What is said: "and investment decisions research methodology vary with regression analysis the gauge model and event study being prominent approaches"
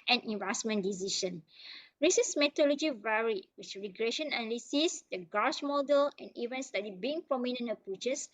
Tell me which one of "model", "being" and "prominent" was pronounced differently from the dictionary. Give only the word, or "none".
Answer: prominent